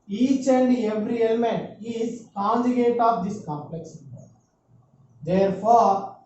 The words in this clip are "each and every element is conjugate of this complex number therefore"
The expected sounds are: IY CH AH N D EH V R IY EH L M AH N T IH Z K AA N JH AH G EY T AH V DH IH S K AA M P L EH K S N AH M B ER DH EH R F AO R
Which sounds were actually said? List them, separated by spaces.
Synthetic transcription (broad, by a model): IY CH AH N D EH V R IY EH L M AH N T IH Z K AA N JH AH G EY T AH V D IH S K AA M P L EH K S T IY B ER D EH R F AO R